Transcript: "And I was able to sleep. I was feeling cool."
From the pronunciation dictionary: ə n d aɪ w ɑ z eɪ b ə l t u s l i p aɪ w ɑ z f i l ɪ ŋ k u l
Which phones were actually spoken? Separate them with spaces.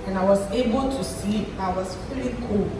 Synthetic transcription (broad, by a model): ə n aɪ w ɑ z eɪ b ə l t u s i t aɪ w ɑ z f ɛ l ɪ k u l